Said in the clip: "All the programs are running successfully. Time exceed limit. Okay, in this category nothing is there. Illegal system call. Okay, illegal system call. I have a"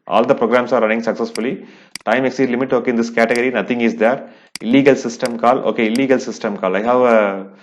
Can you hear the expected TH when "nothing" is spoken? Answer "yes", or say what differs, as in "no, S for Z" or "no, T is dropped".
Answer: no, T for TH